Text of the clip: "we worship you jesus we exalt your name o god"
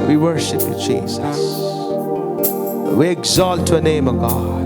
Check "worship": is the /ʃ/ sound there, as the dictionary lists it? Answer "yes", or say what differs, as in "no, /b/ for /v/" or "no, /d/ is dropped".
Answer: yes